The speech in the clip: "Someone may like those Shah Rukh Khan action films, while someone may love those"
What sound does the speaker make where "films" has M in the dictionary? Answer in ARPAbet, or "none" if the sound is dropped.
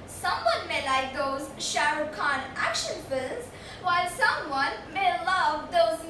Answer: none